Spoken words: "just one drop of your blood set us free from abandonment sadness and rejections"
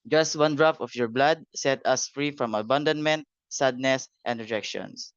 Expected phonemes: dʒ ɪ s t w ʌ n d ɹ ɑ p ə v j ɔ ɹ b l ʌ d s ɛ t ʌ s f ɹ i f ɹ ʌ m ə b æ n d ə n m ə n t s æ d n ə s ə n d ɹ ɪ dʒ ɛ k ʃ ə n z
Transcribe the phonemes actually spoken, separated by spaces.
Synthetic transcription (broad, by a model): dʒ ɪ s t w ʌ n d ɹ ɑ f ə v j ɔ ɹ b l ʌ d s ɛ t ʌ s f ɹ i f ɹ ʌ m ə b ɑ n d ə n m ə n t s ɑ d n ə s ə n d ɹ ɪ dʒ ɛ k ʃ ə n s